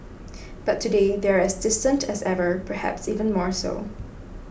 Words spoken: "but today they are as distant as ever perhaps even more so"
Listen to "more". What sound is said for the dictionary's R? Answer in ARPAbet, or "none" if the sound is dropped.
R